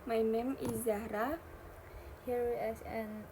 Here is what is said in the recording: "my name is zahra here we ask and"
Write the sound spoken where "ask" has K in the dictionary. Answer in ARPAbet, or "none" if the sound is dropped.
none